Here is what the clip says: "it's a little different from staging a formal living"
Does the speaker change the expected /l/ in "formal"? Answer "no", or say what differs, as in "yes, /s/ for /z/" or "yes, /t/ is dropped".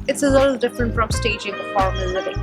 yes, /n/ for /l/